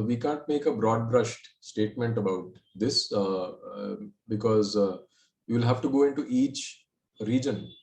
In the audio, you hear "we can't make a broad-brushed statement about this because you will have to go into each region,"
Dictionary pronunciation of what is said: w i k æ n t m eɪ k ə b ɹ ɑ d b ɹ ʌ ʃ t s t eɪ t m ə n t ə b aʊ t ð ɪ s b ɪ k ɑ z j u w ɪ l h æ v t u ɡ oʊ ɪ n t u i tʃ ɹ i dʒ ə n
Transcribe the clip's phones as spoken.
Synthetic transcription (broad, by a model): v i k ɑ n t m eɪ k ə b ɹ ɑ d b ɹ ʌ ʃ t s t eɪ t m ə n t ə b aʊ t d ɪ s b ɪ k ɑ z j u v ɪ l h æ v t u ɡ oʊ ɪ n t u i tʃ ɹ i dʒ ə n